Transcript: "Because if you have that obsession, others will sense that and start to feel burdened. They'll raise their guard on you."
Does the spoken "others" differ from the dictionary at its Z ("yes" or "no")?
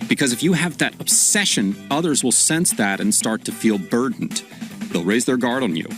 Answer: no